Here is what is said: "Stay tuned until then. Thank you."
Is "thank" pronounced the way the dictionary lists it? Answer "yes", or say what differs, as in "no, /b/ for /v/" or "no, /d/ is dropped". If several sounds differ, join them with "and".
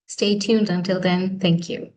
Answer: yes